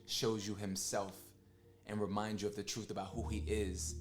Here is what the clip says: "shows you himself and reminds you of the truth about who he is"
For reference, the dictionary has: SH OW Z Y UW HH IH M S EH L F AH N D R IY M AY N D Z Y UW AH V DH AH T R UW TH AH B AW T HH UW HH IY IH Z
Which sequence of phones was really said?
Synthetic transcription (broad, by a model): SH OW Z Y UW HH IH M S EH L F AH N R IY M AY N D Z Y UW AH V DH AH T R UW TH AH B AW T HH UW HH IY IH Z